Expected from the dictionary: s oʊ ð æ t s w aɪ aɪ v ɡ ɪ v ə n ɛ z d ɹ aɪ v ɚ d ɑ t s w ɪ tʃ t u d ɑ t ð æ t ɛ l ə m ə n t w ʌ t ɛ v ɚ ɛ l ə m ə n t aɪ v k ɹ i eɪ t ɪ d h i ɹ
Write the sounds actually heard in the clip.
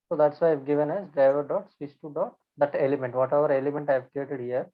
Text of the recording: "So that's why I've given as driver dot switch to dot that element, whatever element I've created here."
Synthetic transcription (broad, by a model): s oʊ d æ t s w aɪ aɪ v ɡ ɪ v ə n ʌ s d aɪ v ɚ d ɑ t s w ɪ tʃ t u d ɑ t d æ t ɛ l ə m ə n t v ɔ t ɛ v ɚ ɛ l ə m ə n t aɪ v k ɹ i eɪ t ɪ d h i ɹ